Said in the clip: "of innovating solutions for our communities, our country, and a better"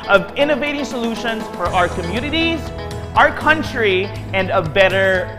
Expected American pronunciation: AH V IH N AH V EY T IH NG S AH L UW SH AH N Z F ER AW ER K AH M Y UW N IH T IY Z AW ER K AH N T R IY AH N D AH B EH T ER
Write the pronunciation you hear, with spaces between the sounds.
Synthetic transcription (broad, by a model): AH V IH N AH V EY T IH NG S AH L UW SH AH N Z F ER AW ER K AH M Y UW N IH T IY Z AW ER K AH N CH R IY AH N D AH B EH T ER